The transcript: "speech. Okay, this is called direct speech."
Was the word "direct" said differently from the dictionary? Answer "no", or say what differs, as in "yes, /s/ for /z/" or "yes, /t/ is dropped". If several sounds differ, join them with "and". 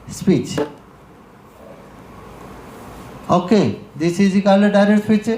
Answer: yes, /k/ is dropped